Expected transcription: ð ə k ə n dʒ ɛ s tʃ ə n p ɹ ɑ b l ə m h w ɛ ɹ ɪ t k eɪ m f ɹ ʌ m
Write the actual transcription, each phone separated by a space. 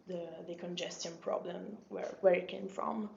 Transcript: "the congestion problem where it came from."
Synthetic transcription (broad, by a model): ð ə k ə n dʒ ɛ s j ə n p ɹ ɑ b l ə m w w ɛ ɹ ɪ t k eɪ m f ɹ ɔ m